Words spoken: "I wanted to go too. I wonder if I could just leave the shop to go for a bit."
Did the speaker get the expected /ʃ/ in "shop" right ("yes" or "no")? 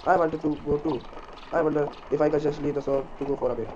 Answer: no